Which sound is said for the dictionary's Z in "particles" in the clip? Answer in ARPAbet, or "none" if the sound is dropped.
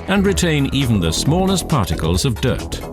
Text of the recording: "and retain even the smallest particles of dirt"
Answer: Z